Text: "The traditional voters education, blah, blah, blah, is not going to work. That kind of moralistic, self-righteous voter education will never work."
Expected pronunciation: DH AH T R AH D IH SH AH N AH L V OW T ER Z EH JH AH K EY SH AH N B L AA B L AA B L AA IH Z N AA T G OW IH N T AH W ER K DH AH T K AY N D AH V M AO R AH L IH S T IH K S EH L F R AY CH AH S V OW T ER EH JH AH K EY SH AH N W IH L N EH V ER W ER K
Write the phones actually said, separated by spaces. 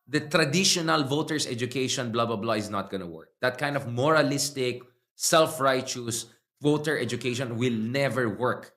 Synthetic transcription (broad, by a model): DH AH T R AH D IH SH AH N AH L V OW T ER S EH JH AH K EY SH AH N B L AA B L AA B L AA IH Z N AA T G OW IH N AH W ER K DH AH T K AY N D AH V M AO R AH L IH S T IH K S EH L F R AY CH AH S V OW T ER EH JH AH K EY SH AH N W IH L N EH V ER W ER K